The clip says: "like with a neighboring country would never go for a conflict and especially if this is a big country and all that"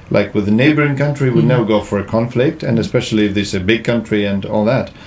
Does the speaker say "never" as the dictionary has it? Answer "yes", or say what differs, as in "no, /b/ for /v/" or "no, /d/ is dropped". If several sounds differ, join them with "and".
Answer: no, /v/ is dropped